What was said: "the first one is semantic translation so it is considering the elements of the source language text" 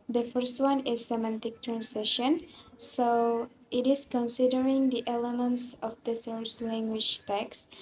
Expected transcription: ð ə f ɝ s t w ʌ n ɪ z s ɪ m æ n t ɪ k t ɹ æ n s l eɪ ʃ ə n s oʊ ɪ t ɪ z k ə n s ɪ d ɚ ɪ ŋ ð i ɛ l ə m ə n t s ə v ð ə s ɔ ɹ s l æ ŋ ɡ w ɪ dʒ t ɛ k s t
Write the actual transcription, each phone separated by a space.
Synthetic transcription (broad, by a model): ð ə f ɝ s t w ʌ n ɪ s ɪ m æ n t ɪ k t ɹ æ n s eɪ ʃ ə n s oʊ ɪ t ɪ s k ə n s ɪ d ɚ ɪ ŋ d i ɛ l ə m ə n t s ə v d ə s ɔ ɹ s l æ ŋ ɡ w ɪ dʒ t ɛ k s